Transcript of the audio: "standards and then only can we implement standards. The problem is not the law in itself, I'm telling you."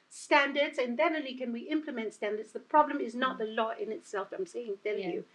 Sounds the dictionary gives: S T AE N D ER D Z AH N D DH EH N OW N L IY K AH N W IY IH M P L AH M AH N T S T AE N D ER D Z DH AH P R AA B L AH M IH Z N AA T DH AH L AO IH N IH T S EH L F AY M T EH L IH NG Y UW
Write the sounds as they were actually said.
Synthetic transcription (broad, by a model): S T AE N D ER D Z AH N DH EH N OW L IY K AH N W IY IH M P L AH M AH N T S T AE N D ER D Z DH AH P R AA B L AH M IH Z N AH T DH AH L AO IH N IH T S EH L F AY M S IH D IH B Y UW